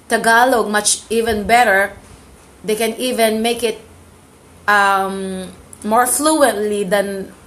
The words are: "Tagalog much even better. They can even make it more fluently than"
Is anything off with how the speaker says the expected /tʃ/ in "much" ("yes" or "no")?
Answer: no